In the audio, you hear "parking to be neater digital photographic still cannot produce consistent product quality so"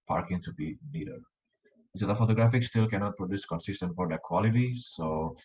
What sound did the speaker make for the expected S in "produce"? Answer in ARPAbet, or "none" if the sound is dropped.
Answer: S